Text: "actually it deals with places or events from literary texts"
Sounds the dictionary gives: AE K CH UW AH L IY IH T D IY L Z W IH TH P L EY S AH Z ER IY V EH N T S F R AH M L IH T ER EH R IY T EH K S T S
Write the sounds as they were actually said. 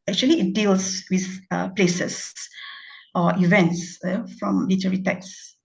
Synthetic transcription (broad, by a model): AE K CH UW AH L IY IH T D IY L S W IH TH P L EY S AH S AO IY V EH N T S F R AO M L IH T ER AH R IY T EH K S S